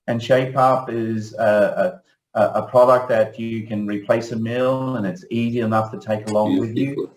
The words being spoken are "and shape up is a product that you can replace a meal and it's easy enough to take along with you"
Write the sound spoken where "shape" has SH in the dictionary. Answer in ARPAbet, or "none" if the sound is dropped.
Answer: SH